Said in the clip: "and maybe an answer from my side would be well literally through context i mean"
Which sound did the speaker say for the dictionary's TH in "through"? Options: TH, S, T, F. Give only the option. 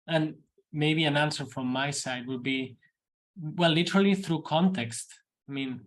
TH